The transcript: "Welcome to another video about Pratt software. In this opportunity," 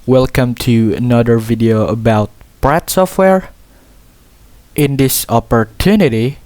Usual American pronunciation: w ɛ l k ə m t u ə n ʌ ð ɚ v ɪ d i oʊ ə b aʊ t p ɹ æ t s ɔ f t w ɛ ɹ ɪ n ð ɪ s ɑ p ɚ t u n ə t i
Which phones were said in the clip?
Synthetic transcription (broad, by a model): w ɛ l k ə m t u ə n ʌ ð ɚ v ɪ d i oʊ ə b aʊ t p ɹ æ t s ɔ f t w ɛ ɹ ɪ n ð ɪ s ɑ p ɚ t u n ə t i